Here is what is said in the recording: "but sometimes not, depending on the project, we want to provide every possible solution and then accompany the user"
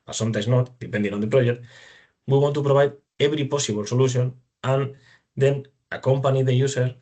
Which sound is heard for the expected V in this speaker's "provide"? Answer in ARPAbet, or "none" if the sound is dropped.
B